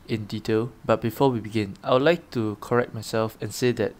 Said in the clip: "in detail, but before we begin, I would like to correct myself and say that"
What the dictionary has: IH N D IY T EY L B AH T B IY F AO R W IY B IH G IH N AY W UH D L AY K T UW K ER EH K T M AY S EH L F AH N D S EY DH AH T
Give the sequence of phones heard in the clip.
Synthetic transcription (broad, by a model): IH N D IY T EY L B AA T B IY F AO W IY B IH G IH N AY W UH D L AY K T UW K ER EH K T M AY S EH L F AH N S EY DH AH T